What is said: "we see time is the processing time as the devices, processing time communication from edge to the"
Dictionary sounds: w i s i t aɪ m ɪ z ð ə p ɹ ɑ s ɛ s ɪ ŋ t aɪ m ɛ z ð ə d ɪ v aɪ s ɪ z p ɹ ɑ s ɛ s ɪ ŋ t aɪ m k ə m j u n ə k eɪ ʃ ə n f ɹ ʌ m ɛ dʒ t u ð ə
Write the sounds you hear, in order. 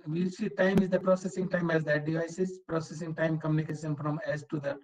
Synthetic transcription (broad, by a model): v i s i t aɪ m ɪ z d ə p ɹ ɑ s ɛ s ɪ ŋ t aɪ m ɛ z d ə d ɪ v aɪ s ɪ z p ɹ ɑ s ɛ s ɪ ŋ t aɪ m k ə m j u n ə k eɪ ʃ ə n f ɹ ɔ m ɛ z t u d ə